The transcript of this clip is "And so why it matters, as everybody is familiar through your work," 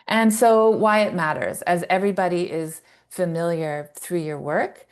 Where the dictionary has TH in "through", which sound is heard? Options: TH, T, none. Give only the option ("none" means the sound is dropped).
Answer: TH